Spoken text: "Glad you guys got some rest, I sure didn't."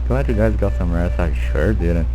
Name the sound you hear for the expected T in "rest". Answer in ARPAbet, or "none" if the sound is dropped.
none